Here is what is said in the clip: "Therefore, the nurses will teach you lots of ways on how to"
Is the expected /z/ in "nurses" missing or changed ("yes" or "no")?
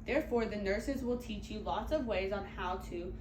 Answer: no